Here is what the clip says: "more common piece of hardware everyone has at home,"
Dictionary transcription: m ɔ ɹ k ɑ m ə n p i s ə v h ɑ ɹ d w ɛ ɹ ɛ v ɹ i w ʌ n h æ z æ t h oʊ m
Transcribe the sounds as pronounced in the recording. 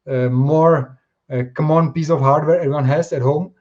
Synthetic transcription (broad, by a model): m ɔ ɹ k ɑ m ə n p i s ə f h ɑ ɹ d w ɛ ɹ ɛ ɹ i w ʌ n h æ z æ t h oʊ m